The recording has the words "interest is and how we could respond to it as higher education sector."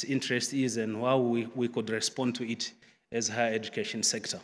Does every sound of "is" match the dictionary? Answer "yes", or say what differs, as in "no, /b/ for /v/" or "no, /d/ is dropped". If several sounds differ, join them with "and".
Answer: yes